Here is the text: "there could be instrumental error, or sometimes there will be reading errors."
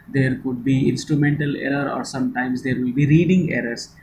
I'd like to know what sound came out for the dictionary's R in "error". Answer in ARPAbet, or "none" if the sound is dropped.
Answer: R